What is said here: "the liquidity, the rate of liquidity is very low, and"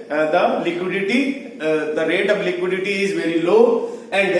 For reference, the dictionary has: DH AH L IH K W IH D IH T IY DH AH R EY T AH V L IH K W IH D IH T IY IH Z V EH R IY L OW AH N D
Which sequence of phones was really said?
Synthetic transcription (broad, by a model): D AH L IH K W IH D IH T IY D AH R EY T AH V L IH K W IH D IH T IY IH Z V EH R IY L OW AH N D